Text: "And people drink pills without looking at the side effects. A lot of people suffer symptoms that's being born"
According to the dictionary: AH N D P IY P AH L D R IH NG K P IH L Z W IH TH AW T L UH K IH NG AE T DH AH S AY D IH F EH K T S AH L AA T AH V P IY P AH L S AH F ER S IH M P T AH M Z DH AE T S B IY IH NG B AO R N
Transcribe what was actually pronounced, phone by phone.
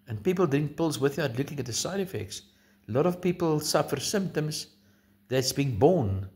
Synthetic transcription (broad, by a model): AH N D P IY P AH L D IH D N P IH L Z W IH TH AW T L UH K IH NG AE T DH AH S AY D IH F EH K T S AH L AA T AH V P IY P AH L S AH F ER S IH M P T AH M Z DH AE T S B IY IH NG B AO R N